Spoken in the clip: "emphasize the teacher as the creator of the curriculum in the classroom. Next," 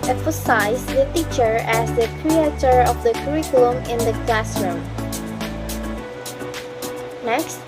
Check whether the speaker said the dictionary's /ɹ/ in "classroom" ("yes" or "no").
yes